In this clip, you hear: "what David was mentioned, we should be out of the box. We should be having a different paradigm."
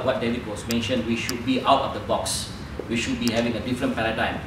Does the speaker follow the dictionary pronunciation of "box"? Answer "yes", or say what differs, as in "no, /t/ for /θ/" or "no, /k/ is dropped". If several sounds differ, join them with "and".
yes